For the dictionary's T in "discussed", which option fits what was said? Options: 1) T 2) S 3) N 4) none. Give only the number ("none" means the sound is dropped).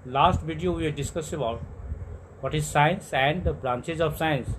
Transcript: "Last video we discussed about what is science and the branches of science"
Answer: 4